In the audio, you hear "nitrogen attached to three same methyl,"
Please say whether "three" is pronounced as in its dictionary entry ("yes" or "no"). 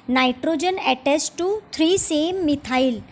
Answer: no